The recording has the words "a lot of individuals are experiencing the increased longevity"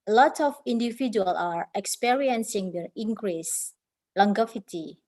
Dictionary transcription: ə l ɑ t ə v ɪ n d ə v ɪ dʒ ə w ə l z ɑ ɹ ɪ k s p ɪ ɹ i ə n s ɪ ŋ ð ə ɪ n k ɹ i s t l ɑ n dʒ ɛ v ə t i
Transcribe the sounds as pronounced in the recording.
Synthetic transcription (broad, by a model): l ɑ t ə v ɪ n d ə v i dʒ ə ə l ɑ ɹ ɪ k s p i ɹ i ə n s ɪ ŋ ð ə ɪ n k ɹ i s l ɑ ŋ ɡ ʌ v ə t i